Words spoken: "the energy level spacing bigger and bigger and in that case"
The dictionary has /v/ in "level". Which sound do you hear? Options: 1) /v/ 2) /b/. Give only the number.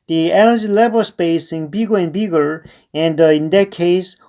2